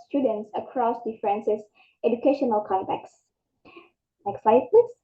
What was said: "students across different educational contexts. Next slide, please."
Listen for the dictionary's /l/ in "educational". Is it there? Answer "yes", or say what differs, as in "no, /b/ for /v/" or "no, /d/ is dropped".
yes